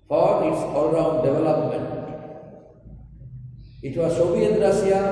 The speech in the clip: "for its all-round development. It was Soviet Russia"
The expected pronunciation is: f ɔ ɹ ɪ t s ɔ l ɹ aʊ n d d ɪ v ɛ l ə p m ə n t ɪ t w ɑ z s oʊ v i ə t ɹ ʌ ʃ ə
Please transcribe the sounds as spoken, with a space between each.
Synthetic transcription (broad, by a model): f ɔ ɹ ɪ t s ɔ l ɹ aʊ n d d ɪ v ɛ l ə p m ə n t ɪ t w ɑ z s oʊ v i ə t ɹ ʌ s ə